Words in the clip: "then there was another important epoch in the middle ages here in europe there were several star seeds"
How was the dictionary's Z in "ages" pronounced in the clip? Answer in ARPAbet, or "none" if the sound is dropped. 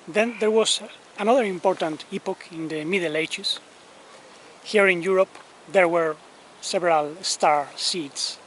S